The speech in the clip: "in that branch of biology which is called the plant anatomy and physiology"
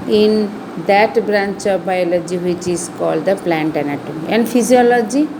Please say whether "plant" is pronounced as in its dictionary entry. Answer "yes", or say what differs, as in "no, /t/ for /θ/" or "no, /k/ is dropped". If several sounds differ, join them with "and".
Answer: yes